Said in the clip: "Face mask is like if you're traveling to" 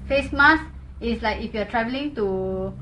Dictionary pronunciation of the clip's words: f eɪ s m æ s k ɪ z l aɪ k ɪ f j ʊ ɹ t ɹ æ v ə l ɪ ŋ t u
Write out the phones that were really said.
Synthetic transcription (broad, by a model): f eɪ s m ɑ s ɪ s l aɪ k ɪ f j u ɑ t ɹ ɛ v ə l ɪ ŋ t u